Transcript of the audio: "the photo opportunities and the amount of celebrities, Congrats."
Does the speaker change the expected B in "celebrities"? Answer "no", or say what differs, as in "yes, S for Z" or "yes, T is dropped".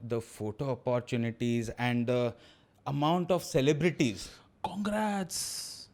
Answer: no